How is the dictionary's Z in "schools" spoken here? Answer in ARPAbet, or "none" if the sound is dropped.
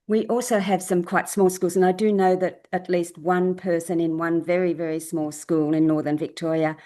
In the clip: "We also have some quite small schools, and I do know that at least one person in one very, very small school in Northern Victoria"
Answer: Z